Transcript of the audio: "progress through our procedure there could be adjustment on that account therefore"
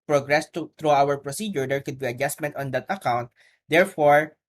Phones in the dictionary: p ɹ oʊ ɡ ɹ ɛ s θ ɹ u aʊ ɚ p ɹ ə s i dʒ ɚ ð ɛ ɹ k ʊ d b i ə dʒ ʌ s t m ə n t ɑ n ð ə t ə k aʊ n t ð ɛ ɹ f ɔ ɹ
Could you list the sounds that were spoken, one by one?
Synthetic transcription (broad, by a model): p ɹ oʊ ɡ ɹ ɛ s t ɹ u aʊ ɚ p ɹ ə s i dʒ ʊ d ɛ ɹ k ʊ d b i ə dʒ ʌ s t m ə n t ɑ n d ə t ə k aʊ n t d ɛ ɹ f ɔ ɹ